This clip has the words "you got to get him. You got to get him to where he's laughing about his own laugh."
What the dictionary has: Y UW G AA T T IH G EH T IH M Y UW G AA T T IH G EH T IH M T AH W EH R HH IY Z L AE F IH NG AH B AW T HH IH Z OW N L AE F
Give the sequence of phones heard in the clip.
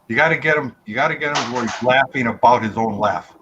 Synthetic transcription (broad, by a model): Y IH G AA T T IH G EH T IH M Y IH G AA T T IH G EH T IH M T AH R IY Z L AE F IH NG AH B AW T HH IH Z OW N L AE F